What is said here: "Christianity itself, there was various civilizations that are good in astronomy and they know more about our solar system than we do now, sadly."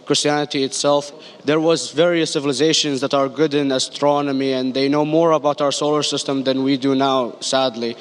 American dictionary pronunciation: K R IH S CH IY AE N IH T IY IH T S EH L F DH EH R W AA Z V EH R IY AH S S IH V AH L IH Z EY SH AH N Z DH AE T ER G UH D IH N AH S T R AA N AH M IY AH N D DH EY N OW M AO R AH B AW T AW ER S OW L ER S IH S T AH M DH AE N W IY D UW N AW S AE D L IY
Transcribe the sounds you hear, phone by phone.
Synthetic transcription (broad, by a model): K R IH S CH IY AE N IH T IY IH T S EH L F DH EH R W AA Z V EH R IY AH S S IH V AH L IH Z EY SH AH N Z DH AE T ER G UH D IH N AH S T R AA N AH M IY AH N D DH EY N OW M AO R AH B AW T AW ER S OW L ER S IH S T AH M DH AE N W IY D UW N AW S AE D L IY